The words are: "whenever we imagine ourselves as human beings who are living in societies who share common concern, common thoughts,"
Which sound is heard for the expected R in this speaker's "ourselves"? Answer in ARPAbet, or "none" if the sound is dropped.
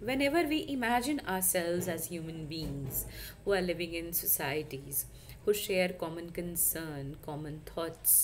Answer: R